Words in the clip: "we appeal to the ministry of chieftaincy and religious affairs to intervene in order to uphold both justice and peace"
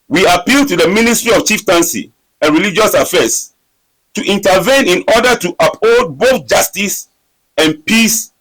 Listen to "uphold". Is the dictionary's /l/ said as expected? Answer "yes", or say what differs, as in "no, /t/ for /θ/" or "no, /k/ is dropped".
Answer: no, /l/ is dropped